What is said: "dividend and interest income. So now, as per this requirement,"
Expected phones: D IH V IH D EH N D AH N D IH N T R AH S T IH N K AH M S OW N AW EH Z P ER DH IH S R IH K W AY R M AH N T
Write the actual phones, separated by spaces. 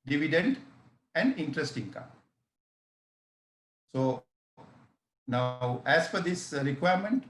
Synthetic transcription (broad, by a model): D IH V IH D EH N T AH N D IH N T R AH S T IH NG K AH S OW N AW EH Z F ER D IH S R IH K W AY R M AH N T